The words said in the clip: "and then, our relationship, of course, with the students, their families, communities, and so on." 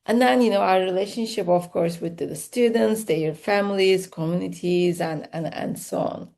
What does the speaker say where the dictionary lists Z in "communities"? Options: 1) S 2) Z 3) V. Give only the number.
2